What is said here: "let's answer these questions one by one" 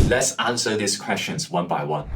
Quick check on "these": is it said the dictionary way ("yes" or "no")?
no